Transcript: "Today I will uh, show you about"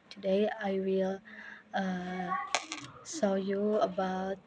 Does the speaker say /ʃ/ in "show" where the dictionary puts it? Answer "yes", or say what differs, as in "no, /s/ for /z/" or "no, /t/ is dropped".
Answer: no, /s/ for /ʃ/